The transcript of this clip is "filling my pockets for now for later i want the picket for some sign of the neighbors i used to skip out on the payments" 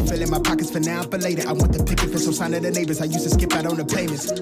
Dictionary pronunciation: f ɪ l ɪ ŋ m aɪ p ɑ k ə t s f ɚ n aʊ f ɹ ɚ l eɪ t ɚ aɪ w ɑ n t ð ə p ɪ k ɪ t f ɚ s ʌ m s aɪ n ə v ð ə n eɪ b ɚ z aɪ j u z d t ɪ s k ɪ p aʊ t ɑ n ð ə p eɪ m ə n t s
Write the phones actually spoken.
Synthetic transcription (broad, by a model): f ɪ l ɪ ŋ m aɪ p ɑ k ə t s f ɚ n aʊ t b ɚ l eɪ t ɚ aɪ w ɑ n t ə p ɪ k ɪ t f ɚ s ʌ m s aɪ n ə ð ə n eɪ b ɚ z aɪ j u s t ɪ s k ɪ p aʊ t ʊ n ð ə p eɪ m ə n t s